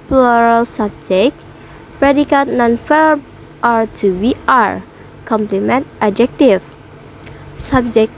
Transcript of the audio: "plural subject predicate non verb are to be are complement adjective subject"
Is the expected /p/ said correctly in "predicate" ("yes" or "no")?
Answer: yes